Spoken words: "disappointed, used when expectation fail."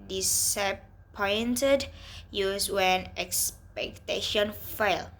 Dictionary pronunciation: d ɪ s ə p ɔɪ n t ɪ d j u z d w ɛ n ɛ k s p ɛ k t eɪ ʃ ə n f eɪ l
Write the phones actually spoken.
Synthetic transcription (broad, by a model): d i s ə p ɔɪ n t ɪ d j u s w ɛ n ɛ k s p ɛ k t eɪ ʃ ə n f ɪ l